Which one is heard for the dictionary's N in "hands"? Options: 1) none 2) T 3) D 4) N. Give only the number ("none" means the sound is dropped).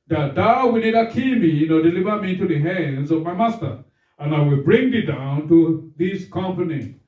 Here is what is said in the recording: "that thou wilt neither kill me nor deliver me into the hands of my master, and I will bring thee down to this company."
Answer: 4